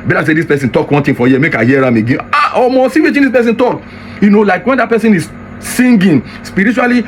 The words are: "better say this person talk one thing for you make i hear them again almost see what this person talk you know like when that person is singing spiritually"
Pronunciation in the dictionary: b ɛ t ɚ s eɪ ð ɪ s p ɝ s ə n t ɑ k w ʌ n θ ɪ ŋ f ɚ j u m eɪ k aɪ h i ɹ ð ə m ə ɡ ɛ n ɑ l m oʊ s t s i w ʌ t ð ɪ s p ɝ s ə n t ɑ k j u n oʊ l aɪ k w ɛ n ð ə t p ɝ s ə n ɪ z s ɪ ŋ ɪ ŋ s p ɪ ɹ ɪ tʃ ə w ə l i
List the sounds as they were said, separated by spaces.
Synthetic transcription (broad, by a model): b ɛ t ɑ s eɪ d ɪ s p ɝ s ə n t ɑ k w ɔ n t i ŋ f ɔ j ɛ m eɪ k aɪ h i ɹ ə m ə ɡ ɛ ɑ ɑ m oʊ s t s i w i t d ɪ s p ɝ s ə n t ɑ k j u n oʊ l aɪ k w ɛ n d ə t p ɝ s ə n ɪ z s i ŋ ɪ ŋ s p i ɹ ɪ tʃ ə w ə l i